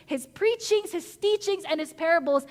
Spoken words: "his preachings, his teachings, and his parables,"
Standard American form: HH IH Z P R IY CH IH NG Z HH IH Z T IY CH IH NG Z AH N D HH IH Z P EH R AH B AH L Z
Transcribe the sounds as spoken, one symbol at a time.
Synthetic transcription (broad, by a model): HH IH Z P R IY CH IH NG Z HH IH Z T IY CH IH NG Z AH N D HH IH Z P EH R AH B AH L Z